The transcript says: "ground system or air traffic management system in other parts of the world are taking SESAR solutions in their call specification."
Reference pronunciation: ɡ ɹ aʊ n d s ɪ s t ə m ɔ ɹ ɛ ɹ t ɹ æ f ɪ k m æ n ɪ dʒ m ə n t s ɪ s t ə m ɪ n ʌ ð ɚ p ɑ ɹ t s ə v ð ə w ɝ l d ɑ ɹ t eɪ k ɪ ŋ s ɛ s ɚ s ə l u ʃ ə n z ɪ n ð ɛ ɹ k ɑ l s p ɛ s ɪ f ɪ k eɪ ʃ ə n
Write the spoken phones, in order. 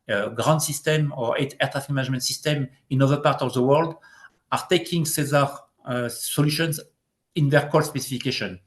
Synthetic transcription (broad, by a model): ɡ ɹ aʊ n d s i s t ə m ɔ ɹ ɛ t t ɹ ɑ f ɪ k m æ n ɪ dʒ m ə n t s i s t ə m ɪ n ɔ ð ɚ p ɑ ɹ t ə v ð ə w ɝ l d ɑ ɹ t eɪ k ɪ ŋ s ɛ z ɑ s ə l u ʃ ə n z ɪ n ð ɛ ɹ k ɑ l s p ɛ s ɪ f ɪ k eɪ ʃ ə n